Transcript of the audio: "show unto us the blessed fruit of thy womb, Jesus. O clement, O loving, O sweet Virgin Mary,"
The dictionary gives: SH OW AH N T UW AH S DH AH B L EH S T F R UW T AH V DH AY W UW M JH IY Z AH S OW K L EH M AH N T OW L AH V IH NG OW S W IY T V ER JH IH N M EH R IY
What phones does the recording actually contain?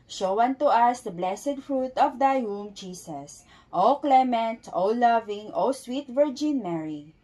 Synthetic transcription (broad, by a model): SH OW AH N T UW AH S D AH B L EH S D F R UW T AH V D AY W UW M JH IY S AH S OW K L EH M AH N T OW L AH V IH NG OW S W IY T V ER JH IH N M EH R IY